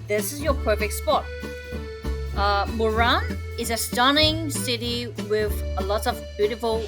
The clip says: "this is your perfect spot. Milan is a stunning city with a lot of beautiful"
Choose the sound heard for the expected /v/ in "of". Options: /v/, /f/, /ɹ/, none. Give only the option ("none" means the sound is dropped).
/v/